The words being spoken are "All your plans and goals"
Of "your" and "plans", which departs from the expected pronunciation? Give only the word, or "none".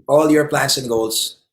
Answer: plans